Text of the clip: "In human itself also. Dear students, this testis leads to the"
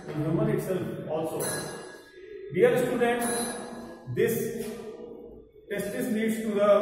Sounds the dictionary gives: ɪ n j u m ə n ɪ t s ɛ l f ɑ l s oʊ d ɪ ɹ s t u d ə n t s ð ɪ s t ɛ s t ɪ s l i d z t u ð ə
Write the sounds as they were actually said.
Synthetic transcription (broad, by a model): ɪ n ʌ m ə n ɪ t s ɛ l f ɑ l s oʊ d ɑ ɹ s t u d ə n t s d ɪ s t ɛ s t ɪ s n i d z t u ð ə